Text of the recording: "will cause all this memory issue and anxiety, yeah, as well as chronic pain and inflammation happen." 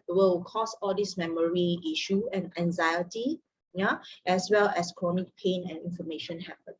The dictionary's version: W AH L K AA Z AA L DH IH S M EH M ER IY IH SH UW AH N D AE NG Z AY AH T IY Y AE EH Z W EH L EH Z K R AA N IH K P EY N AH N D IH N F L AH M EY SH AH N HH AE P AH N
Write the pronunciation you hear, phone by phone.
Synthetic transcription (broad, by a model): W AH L K AA S AA L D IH S M EH M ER IY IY SH UW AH N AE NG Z AY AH T IY Y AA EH S W EH L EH S K R AA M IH K P EY N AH N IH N F AH M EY SH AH N HH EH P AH N